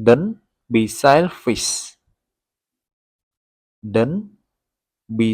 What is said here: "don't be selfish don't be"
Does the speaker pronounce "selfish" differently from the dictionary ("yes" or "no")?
yes